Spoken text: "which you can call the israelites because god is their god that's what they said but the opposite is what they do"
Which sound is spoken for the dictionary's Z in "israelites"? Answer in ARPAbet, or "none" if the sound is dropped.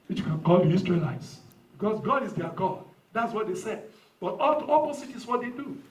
S